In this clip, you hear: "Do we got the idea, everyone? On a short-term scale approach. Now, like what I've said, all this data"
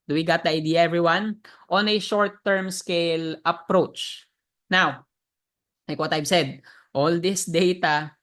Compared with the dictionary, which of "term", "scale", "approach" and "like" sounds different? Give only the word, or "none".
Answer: none